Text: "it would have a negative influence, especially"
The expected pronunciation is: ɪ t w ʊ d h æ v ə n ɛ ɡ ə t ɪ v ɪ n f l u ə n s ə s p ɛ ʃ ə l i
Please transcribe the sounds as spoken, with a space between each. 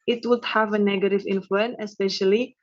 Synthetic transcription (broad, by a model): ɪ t w ʊ d h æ v ə n ɛ ɡ ə t ɪ v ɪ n f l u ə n ə s p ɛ ʃ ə l i